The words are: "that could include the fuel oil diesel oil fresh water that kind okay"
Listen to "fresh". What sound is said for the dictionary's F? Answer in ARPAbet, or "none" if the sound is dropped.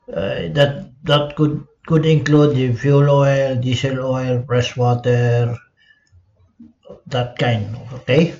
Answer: P